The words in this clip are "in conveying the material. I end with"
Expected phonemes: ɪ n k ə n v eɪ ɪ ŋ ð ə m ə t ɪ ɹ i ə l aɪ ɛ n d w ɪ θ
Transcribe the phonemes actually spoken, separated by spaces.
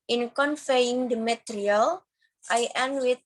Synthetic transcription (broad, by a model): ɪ n k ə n f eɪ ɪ ŋ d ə m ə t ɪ ɹ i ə l aɪ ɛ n w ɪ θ